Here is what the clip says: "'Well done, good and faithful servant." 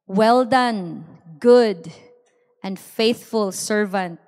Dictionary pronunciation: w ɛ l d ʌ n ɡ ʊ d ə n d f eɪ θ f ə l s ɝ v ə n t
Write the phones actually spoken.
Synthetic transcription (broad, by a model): w ɛ l d ʌ n ɡ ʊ d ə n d f eɪ θ f ə l s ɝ v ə n t